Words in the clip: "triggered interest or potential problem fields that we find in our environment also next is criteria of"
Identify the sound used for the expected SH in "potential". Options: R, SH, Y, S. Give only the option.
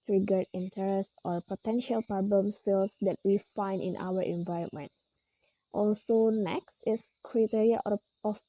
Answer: SH